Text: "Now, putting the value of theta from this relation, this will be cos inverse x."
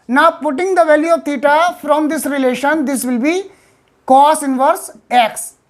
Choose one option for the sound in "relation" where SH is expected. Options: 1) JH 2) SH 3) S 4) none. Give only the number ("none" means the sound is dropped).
2